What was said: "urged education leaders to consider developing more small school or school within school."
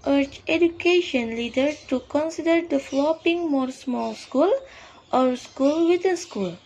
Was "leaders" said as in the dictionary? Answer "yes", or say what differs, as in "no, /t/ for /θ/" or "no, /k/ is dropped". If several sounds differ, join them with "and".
no, /z/ is dropped